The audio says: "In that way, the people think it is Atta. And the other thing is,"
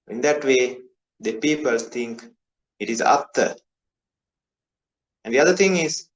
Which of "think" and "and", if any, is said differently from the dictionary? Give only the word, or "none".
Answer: think